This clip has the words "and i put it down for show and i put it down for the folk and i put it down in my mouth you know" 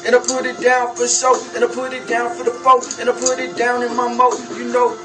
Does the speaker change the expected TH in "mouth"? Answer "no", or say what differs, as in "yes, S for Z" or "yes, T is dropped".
yes, T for TH